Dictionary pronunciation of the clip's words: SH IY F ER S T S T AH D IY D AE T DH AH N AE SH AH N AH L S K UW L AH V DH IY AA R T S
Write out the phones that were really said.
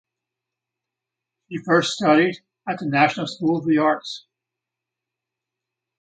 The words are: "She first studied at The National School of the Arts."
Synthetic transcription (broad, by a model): SH IY F ER S T S T AH D IY D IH T DH AH N AE SH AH N L S K UW L AH V DH IY AA R T S